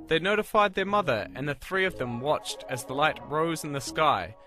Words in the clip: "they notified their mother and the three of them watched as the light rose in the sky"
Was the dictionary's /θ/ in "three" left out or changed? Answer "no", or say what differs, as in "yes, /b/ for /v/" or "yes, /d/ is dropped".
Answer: no